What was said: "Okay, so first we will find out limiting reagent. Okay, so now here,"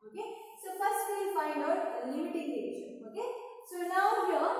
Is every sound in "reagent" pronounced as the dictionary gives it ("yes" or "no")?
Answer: no